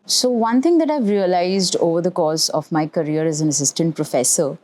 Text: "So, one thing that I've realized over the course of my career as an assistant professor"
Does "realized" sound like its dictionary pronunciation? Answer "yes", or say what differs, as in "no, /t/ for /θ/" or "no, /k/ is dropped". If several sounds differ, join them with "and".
yes